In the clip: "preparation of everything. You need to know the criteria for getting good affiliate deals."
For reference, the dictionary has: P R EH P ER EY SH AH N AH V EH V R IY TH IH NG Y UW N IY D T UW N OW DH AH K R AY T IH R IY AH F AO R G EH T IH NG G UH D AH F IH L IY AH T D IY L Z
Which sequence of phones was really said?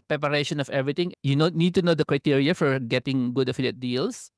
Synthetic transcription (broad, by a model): P R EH P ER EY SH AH N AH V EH V R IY T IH NG Y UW N IY D T UW N OW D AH K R AY T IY R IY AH F AO R G EH T IH NG G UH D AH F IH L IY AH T D IY L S